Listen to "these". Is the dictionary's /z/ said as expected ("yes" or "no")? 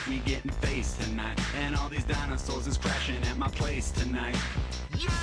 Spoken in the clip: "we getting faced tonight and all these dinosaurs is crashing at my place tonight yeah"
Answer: yes